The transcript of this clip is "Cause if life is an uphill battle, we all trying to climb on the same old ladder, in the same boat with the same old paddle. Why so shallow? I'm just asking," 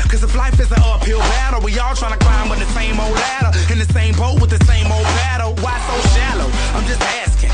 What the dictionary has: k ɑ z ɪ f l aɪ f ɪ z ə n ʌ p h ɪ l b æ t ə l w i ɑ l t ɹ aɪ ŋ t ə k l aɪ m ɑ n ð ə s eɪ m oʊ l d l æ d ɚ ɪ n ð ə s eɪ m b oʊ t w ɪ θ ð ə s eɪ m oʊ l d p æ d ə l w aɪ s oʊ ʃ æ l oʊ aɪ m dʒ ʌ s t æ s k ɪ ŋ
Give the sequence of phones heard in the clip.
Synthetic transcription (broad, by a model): k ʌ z ɪ f l aɪ f ɪ z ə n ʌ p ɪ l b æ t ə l w i ɑ l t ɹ aɪ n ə k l aɪ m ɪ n ð ə s eɪ m oʊ l d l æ d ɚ ɪ n ð ə s eɪ m b oʊ t w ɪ ð ə s eɪ m oʊ l d b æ d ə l w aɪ s oʊ ʃ æ l oʊ aɪ m dʒ ʌ s t æ s k ɪ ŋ